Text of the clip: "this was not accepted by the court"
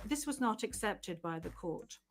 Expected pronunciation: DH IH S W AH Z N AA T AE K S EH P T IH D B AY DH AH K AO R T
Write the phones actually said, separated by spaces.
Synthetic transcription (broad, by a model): DH IH S W AH Z N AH T AE K S EH P T IH D B AY DH AH K AO R T